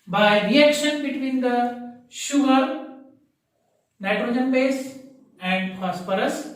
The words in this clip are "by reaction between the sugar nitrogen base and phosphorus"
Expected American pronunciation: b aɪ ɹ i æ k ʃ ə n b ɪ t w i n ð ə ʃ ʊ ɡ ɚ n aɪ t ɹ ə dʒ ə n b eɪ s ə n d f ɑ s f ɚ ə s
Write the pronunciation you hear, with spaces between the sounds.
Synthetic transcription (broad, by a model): b aɪ ɹ i æ k ʃ ə n b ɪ t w i n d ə ʃ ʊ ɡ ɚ n aɪ t ɹ ə dʒ ə n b eɪ s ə n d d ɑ s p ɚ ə s